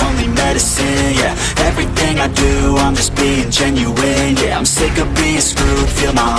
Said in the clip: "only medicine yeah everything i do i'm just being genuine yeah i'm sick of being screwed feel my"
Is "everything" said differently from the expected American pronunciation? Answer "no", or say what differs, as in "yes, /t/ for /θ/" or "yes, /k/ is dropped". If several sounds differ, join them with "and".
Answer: no